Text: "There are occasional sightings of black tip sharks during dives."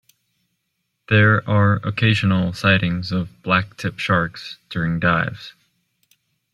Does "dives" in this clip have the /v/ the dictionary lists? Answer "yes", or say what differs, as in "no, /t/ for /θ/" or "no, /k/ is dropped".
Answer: yes